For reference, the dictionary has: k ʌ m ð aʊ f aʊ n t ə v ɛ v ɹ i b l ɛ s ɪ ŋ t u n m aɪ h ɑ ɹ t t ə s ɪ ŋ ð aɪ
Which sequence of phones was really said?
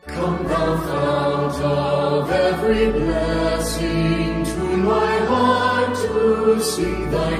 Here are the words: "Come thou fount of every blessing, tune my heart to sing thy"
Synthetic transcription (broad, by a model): k ʌ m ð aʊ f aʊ t ə v ɛ v ɹ i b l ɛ s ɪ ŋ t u m aɪ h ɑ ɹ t t ə s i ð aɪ